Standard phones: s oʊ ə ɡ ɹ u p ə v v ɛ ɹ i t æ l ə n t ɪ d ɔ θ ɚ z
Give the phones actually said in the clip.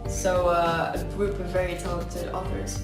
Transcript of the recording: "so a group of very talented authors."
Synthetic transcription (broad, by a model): s oʊ ə ɡ ɹ u p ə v v ɛ ɹ i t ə t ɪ ɔ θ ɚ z